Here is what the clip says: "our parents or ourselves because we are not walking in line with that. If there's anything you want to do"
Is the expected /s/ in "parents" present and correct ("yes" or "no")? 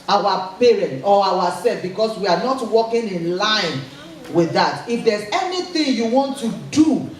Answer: no